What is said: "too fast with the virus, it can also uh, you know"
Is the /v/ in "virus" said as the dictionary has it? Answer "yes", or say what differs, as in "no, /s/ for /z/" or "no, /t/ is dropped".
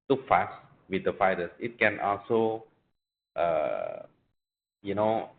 no, /f/ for /v/